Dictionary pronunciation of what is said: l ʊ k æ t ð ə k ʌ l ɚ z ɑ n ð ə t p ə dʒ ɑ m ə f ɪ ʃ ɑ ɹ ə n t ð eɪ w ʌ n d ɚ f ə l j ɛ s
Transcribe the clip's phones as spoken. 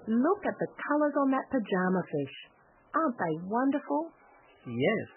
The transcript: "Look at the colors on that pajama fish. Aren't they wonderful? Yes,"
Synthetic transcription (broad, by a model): l ʊ k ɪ t ð ə k ʌ l ɚ z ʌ n ð ə t p ə dʒ ɑ m ə f ɪ ʃ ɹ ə n ð eɪ w ʌ n d ɚ f ə l j ɛ s